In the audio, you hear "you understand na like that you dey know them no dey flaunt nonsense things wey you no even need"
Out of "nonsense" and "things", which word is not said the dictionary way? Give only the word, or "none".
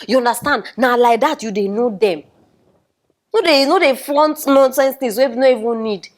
things